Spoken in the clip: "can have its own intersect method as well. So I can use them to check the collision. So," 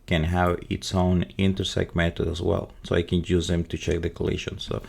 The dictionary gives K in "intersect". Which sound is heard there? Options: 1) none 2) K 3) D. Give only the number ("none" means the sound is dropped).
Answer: 2